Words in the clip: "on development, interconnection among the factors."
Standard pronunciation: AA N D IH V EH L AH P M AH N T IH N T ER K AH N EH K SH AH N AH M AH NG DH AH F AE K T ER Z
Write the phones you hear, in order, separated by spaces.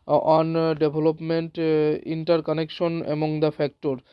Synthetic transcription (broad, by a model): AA N D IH B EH L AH P M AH N T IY N T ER K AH N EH K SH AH N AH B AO NG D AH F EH K T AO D